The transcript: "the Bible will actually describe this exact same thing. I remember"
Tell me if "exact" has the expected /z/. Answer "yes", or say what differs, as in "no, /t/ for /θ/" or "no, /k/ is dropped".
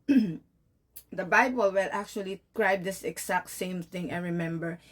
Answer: no, /s/ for /z/